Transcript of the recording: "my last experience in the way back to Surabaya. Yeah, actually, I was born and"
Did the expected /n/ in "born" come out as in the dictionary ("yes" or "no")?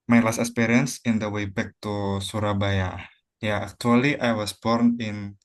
yes